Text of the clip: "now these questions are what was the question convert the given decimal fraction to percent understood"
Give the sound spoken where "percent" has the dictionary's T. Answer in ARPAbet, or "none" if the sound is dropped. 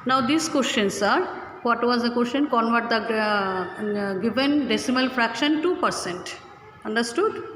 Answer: T